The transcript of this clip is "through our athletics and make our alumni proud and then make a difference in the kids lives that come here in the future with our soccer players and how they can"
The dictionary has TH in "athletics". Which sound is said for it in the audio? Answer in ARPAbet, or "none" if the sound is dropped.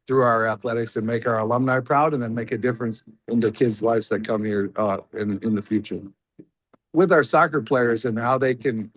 TH